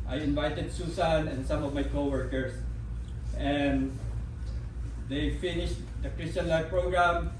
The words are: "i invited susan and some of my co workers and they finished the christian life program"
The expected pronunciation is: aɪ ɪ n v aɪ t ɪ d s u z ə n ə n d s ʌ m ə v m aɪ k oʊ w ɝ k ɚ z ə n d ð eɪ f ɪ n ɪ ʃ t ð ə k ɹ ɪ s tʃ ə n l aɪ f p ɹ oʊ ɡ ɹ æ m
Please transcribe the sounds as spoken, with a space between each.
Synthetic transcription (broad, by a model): aɪ ɪ n v aɪ t ɪ d s u s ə n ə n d s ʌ m ə v m aɪ k oʊ w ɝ k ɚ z ə n d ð eɪ f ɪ n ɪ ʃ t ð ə k ɹ ɪ s tʃ ə n l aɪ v p ɹ oʊ ɡ ɹ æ m